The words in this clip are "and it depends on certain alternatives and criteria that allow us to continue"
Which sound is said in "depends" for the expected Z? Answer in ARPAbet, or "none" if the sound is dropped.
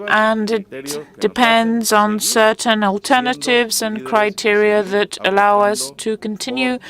Z